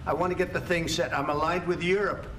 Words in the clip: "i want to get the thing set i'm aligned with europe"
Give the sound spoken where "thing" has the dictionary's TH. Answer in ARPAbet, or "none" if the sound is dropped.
TH